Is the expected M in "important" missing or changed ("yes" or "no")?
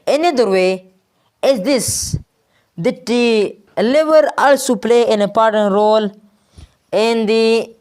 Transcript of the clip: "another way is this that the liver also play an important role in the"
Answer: yes